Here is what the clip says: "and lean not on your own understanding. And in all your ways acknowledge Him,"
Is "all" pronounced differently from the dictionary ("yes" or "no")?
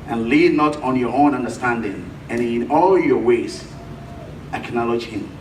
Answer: no